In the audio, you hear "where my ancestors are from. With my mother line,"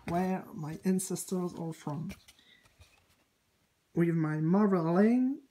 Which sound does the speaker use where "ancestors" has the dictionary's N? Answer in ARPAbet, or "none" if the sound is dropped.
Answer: N